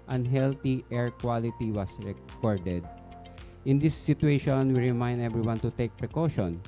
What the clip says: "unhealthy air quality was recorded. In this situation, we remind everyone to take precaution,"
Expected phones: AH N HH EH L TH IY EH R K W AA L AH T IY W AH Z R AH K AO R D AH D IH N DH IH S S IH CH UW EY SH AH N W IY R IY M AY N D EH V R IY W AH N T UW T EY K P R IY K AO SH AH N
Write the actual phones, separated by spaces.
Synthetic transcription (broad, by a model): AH N HH EH L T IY EH R K W AA L AH T IY W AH S R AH K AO R D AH D IH N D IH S S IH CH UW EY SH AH N W IY R IY M AY N D EH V R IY W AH N T UW T EY K P R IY K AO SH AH N